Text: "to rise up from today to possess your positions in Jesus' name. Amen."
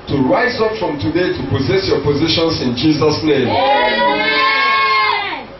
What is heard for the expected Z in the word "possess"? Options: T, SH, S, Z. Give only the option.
Z